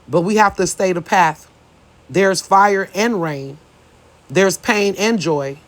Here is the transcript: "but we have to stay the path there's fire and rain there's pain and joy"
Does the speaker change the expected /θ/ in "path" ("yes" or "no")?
no